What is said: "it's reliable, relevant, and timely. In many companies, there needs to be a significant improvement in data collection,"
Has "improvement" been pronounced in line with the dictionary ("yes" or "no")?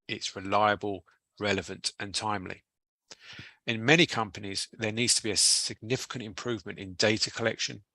yes